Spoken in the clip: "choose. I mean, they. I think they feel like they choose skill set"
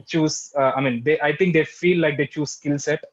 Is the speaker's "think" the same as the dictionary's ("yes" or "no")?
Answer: no